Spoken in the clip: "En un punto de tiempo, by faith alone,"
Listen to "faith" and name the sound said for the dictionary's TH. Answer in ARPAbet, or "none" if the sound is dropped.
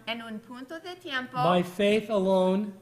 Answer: TH